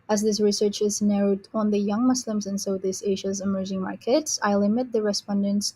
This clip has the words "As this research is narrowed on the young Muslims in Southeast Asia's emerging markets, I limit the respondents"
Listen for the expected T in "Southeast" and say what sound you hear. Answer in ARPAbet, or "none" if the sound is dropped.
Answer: none